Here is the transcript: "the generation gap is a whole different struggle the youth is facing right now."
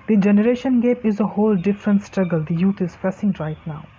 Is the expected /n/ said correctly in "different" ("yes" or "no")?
yes